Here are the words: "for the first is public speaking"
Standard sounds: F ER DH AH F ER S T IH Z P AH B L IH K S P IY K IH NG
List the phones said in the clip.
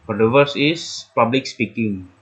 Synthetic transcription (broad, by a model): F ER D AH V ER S IH S P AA B L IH K S P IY K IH NG